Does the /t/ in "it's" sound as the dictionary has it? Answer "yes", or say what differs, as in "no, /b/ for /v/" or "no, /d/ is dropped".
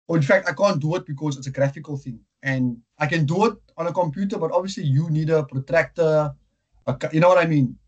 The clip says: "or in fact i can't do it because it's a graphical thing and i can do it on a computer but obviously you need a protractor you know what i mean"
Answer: yes